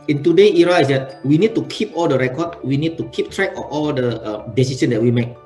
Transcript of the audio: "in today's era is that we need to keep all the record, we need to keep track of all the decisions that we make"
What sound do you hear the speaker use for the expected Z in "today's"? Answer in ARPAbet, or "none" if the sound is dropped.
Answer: none